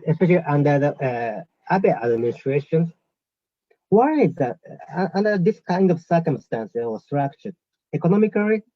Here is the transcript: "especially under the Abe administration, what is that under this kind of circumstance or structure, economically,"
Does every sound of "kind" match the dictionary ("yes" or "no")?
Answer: yes